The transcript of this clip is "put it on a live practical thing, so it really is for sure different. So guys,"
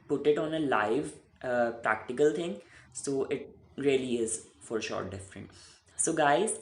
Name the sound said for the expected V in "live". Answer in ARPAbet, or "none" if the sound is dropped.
V